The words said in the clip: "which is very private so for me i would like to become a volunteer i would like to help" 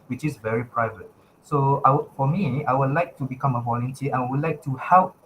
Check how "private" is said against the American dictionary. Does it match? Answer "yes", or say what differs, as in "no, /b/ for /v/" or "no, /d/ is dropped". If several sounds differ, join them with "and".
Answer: yes